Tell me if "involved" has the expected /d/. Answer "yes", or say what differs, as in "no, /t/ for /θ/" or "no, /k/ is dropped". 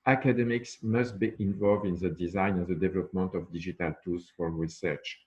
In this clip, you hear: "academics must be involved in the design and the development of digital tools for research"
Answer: yes